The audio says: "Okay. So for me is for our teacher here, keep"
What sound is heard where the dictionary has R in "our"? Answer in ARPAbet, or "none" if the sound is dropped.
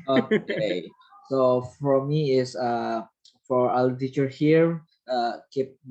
L